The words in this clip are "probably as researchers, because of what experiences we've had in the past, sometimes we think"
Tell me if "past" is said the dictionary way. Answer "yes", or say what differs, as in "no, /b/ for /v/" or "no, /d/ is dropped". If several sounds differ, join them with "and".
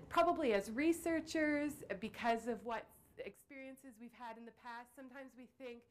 yes